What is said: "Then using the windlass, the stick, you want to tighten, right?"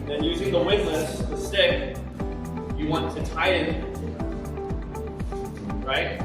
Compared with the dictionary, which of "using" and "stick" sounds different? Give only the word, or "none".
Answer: none